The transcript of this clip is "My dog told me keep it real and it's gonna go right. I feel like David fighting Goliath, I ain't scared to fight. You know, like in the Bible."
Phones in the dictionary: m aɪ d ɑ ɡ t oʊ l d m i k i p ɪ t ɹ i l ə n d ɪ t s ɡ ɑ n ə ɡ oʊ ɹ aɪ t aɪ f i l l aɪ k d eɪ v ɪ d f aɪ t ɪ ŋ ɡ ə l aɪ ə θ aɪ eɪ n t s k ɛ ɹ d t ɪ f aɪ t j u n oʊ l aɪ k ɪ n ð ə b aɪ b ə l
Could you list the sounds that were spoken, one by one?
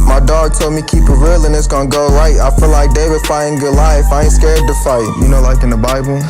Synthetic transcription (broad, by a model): m aɪ d ɑ ɡ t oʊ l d m i k i p ɪ t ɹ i l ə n ɪ t s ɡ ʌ n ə ɡ oʊ ɹ aɪ t aɪ f i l l aɪ k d eɪ w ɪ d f aɪ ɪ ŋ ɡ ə l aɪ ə f aɪ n s k ɛ ɹ d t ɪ f aɪ t j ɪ n oʊ l aɪ k ɪ n ð ə b aɪ b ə l